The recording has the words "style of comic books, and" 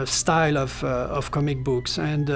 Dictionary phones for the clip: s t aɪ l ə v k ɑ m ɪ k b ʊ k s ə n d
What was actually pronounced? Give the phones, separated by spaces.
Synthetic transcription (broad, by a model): s t aɪ l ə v k ɑ m ɪ k b ʊ k s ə n d